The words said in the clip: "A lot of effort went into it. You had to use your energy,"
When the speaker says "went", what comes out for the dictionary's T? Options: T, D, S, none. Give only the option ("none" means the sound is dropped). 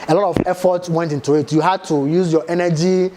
T